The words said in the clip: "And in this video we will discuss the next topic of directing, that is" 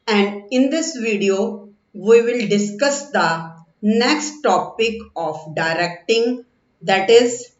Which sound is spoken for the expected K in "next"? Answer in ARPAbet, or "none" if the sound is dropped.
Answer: K